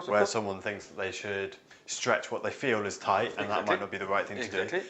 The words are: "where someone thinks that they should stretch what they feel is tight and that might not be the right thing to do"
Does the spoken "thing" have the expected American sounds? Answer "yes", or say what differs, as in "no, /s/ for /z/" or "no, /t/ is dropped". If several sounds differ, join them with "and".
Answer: yes